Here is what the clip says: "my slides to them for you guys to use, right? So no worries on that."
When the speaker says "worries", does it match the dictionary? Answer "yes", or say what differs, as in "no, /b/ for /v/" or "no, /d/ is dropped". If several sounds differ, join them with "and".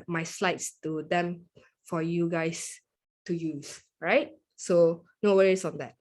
no, /s/ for /z/